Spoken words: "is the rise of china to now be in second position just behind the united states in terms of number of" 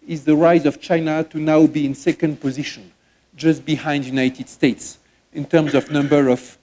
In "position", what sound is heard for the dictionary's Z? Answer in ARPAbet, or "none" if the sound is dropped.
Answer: Z